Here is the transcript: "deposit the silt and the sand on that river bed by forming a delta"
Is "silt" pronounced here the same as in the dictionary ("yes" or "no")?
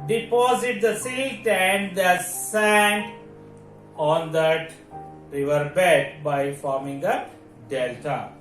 no